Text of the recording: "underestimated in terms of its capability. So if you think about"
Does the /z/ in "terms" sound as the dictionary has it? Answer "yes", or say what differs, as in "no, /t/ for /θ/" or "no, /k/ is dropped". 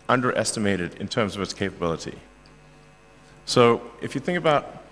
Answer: yes